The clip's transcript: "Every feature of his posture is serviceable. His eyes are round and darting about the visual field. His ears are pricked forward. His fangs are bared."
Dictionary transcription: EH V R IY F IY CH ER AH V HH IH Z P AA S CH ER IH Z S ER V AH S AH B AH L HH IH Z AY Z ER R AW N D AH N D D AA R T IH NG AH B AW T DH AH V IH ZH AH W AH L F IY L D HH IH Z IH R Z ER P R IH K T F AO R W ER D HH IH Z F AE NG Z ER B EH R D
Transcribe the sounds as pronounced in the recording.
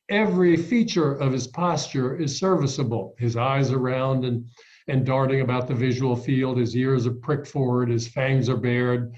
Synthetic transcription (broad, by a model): EH V R IY F IY CH ER AH V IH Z P AA S CH ER IH Z S ER V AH S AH B L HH IH Z AY Z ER R AW N D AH N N D AA R T IH NG AH B AW T DH AH V IH ZH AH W L F IY L D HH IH Z IH R Z ER P R IH K T F AO R W ER D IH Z F AE NG Z ER B EH R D